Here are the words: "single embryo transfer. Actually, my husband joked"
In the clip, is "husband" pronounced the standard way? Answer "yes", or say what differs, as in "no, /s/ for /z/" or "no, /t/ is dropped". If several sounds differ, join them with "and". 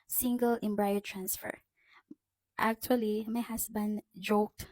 no, /s/ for /z/